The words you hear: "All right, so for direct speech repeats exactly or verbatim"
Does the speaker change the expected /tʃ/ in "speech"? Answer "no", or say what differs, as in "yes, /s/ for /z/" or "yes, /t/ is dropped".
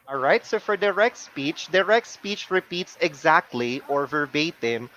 no